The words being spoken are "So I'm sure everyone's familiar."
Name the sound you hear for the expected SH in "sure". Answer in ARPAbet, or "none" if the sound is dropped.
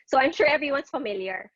SH